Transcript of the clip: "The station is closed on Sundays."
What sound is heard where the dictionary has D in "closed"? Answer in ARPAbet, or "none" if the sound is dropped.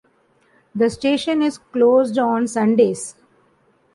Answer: D